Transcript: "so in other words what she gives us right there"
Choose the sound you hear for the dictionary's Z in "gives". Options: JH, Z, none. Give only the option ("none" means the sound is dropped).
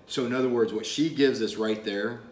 Z